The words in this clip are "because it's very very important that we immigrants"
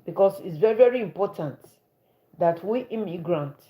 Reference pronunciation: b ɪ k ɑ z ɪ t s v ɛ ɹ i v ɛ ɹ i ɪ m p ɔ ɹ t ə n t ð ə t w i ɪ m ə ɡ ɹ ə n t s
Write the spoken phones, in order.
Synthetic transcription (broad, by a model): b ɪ k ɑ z ɪ t s v ɛ ɹ i v ɛ ɹ i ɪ m p ɔ t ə n t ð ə t w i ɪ m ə ɡ ɹ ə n t